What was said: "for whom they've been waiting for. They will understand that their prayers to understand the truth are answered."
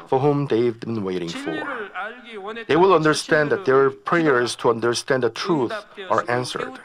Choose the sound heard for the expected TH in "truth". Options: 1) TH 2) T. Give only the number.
1